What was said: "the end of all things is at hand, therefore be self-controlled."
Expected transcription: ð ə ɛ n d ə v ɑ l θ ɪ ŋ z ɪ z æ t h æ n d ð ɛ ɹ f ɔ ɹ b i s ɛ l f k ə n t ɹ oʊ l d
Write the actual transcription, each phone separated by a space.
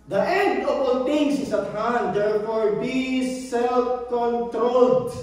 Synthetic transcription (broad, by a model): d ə ɛ n d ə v ɑ l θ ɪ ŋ s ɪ s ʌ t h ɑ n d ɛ ɹ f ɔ ɹ b i s ɛ l f k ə n t ɹ oʊ l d